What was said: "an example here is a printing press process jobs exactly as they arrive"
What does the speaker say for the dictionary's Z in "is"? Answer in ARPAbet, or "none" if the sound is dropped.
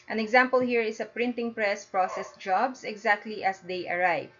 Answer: S